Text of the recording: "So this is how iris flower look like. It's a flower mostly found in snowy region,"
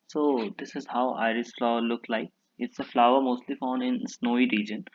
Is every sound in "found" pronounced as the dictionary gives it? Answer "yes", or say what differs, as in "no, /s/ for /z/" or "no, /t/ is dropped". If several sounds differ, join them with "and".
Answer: no, /d/ is dropped